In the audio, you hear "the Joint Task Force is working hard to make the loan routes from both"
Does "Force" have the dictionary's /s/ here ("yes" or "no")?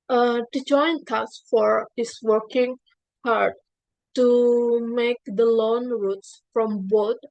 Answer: no